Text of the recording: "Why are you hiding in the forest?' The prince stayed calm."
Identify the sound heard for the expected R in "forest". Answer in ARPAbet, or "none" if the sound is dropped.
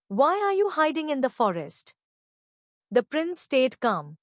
R